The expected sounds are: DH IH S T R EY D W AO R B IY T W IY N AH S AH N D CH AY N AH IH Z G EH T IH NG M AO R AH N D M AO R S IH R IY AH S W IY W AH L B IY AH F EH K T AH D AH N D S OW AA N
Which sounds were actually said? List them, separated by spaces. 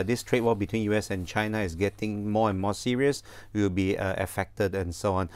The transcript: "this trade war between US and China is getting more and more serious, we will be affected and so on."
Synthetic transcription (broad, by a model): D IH S T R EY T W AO L B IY T W IY N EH S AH N CH AY N AH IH S G EH T IH NG M AO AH N M AO S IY R IY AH S W IY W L B IY AH F EH K T AH D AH N S OW AA N